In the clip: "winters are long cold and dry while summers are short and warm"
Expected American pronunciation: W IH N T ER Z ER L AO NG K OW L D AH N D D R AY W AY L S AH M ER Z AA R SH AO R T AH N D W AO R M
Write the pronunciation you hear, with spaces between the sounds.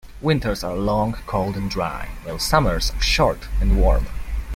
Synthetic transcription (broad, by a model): W IH N T ER Z ER L AO NG K OW L D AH N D D R AY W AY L S AH M ER Z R SH AO R T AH N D W AO R M